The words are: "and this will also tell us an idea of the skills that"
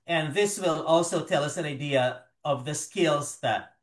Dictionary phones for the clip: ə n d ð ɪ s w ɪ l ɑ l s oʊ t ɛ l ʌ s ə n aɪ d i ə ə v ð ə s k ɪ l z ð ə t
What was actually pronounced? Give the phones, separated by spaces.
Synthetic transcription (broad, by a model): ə n ð ɪ s w ɪ l ɑ l s oʊ t ɛ l ʌ s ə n aɪ d i ə ə v ð ə s k ɪ l z ð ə t